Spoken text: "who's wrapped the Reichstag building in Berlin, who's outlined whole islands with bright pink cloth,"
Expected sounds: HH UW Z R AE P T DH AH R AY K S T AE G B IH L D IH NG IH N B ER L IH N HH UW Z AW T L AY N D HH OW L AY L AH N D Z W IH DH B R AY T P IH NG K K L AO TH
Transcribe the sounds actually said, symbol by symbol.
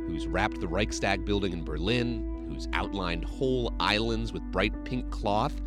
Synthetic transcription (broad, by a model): HH UW Z R AE P T DH AH R AY K S T AE G B IH L D IH NG IH N B ER L IH N HH UW Z AW T L AY N D HH OW L AY L AH N D Z W IH DH B R AY T P IH NG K K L AO TH